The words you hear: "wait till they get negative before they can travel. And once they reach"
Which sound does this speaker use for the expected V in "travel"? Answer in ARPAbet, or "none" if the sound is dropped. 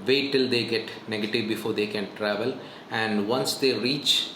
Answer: V